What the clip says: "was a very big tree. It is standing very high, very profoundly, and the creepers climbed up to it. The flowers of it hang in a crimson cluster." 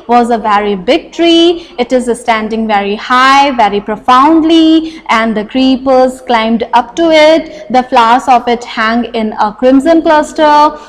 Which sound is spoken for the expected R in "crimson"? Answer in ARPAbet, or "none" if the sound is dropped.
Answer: R